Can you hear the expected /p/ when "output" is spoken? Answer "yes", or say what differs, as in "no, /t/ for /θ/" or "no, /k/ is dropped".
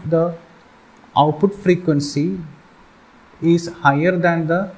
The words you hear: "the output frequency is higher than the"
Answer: yes